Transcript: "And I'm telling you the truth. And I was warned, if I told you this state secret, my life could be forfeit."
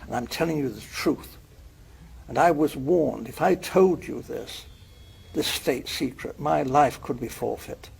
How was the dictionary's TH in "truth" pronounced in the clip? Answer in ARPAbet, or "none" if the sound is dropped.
TH